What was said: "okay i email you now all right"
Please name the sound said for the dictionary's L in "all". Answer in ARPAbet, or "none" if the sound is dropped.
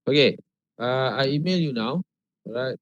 W